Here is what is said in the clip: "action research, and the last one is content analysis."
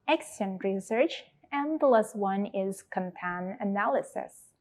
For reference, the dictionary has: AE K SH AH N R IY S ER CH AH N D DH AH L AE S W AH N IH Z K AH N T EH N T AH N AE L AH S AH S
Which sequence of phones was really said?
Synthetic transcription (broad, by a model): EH K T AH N R IY S ER CH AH N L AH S W AH N IH Z K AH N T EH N AH N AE L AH S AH S